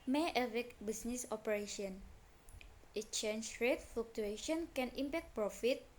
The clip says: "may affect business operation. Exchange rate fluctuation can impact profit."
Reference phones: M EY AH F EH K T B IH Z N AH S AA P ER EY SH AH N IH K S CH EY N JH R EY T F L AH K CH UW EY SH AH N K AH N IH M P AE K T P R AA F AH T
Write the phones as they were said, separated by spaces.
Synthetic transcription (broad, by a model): M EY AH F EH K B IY S N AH S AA P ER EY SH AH N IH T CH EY N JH R EY T F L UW K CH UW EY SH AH N K AH N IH M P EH K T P R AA F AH T